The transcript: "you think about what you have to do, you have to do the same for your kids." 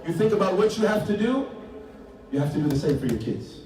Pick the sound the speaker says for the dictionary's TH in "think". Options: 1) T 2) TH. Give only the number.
2